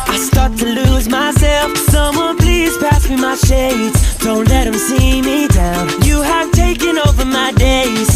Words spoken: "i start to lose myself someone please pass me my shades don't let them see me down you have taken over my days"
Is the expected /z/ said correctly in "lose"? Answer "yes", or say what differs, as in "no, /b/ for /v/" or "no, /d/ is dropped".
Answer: yes